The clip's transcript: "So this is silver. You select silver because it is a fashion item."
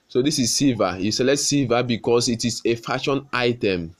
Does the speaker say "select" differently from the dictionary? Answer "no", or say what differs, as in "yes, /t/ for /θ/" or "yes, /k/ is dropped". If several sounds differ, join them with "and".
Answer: yes, /k/ is dropped